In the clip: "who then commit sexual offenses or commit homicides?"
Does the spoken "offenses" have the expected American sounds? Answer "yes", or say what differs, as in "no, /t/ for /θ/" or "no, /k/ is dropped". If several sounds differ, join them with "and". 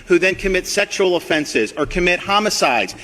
yes